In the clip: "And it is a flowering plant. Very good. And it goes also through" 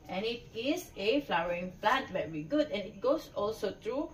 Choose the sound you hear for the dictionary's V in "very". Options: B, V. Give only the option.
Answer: B